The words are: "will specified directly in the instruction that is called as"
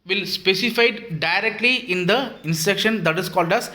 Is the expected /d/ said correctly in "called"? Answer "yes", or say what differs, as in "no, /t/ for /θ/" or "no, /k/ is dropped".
yes